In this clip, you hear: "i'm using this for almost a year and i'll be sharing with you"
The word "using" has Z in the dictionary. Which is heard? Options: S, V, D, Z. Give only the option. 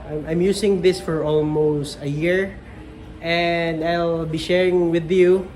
S